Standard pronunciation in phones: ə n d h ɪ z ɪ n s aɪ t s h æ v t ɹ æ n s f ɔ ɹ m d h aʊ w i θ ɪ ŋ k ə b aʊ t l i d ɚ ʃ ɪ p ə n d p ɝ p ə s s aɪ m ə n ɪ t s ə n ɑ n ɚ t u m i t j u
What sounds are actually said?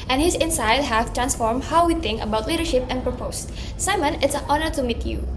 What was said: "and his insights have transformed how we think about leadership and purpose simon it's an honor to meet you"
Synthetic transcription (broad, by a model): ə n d h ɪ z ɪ n s aɪ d h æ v t ɹ æ n s f ɔ ɹ m d h aʊ w i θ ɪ ŋ k ə b aʊ t l i d ɚ ʃ ɪ p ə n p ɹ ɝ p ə s s aɪ m ə n ɪ t s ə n ɑ n ɚ t u m i t j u